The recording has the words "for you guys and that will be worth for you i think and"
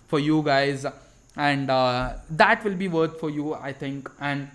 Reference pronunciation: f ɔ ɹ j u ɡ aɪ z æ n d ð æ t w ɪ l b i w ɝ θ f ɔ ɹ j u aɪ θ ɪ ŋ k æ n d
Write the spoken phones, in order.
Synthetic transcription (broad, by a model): f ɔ ɹ j u ɡ aɪ z æ n d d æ t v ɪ l b i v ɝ t f ɔ ɹ j u aɪ t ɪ ŋ k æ n d